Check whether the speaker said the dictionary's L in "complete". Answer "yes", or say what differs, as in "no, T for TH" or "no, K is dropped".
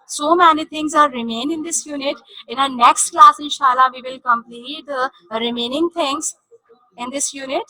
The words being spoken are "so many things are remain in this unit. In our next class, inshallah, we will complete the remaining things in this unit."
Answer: yes